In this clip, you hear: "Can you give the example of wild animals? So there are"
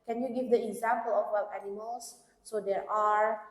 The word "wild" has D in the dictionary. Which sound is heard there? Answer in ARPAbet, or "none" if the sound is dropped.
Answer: none